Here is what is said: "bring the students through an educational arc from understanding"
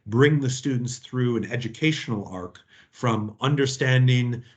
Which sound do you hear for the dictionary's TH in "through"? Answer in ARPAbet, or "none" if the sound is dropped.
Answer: TH